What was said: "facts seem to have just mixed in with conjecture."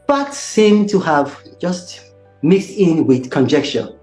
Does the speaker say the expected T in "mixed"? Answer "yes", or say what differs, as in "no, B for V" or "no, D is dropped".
yes